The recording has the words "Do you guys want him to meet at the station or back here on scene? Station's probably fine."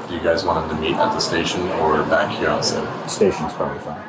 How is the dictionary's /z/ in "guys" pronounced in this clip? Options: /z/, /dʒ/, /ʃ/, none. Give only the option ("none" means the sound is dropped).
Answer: /z/